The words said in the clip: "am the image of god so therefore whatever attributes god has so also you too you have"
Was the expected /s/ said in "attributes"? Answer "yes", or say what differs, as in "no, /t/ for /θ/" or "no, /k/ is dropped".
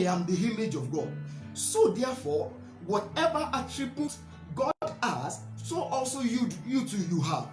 no, /s/ is dropped